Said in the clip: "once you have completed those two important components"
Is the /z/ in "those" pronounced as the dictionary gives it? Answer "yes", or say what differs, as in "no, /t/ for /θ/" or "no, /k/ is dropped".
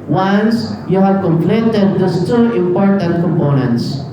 no, /s/ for /z/